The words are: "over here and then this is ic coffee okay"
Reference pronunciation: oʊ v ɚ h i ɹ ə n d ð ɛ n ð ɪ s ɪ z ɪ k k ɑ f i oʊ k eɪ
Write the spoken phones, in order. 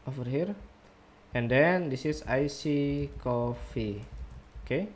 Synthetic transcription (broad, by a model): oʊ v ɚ h i ɹ ə n d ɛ n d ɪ s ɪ s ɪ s k ɑ f i oʊ k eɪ